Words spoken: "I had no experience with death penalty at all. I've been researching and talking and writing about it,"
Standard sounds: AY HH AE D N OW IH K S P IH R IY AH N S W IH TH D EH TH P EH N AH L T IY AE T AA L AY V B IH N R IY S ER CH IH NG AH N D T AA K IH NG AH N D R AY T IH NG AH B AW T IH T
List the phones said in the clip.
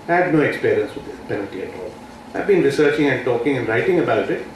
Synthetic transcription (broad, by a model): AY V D N OW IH K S P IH R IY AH N S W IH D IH S P EH N AH L T IY AE T AA L AY V B IH N R IY S ER CH IH NG AH N D T AA K IH NG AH N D R AY T IH NG AH B AW T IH T